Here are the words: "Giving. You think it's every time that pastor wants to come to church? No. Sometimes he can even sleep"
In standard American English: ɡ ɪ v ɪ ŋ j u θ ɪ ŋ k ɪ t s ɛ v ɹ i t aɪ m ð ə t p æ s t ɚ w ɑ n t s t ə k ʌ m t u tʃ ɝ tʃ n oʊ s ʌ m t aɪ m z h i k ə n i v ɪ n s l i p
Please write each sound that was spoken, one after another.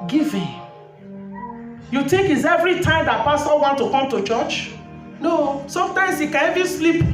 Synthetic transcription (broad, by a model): ɡ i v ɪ j u t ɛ k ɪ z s ɛ v ɹ i t aɪ m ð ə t p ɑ s t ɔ w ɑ n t t ə k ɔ m t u tʃ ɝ tʃ n oʊ s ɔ m t aɪ m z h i k ə n i v ɪ n s l i p